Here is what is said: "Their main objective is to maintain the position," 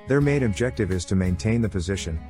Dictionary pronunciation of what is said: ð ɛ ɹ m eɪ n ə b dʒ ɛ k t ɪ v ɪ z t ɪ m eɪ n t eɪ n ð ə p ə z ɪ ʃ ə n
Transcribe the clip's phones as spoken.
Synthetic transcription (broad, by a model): ð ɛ ɹ m eɪ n ə b dʒ ɛ k t ɪ v ɪ z t ɪ m eɪ n t eɪ n ð ə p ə z ɪ ʃ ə n